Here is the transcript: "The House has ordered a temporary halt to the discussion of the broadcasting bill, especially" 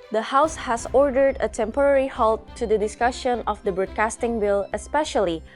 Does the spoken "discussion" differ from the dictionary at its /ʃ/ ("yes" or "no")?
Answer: no